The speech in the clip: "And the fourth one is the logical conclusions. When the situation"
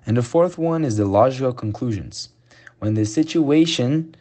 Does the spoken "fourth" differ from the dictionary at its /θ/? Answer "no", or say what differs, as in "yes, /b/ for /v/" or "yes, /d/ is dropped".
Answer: no